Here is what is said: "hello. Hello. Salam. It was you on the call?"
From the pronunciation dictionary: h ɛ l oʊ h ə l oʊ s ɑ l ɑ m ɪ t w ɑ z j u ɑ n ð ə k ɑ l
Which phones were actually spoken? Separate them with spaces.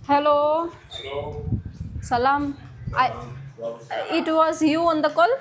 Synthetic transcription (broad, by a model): h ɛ l oʊ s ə l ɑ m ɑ ɪ t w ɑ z j u ɑ n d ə k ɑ l